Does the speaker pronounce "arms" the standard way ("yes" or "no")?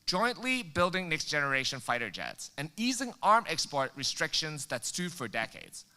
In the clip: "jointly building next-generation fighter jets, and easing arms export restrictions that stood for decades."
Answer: no